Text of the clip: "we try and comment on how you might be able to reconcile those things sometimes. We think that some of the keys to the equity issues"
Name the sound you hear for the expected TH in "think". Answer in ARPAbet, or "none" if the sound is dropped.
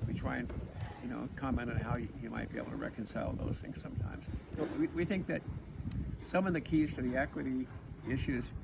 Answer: TH